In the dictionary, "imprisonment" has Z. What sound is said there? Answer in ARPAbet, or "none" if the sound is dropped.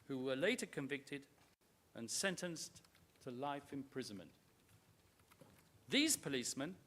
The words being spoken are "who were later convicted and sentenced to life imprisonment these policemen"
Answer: Z